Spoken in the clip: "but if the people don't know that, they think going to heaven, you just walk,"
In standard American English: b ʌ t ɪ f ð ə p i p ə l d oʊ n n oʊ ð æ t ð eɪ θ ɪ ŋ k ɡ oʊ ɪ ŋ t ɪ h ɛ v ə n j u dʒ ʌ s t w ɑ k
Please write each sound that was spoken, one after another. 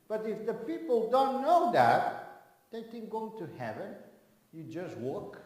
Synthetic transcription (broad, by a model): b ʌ t ɪ f ð ə p i p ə l d oʊ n n oʊ ð æ t ð eɪ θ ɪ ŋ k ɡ oʊ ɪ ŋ t ɪ h ɛ v ə n j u dʒ ʌ s t w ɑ k